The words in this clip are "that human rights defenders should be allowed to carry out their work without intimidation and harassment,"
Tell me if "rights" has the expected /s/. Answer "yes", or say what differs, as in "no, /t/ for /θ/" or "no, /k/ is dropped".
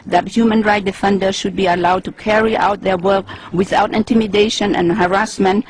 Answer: no, /s/ is dropped